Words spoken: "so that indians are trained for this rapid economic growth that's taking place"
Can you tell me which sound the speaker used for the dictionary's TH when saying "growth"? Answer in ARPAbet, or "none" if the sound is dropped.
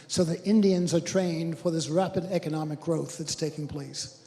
TH